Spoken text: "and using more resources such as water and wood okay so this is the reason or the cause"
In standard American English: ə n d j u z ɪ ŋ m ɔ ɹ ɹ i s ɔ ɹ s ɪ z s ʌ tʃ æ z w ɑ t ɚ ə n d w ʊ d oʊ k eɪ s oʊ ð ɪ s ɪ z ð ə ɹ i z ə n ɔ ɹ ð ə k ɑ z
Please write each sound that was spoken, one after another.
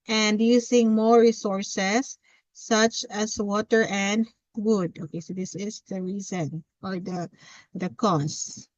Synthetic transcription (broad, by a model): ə n d j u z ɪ ŋ m ɔ ɹ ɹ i s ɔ ɹ s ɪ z s ʌ tʃ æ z w ɑ t ɚ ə n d w ʊ d oʊ k eɪ s oʊ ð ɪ s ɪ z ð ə ɹ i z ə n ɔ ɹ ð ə k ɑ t